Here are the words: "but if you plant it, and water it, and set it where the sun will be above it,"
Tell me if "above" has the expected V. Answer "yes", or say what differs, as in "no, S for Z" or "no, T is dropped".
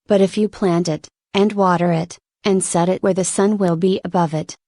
yes